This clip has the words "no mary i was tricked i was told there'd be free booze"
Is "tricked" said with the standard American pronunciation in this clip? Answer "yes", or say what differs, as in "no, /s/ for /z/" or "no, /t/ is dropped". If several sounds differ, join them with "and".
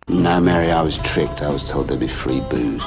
yes